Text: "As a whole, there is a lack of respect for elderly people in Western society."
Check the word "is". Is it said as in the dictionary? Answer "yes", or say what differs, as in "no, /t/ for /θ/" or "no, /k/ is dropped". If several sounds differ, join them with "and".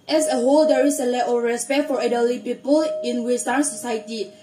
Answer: no, /s/ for /z/